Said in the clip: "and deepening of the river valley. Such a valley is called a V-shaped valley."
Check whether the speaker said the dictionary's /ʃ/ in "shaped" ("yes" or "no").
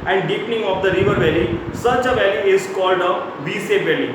no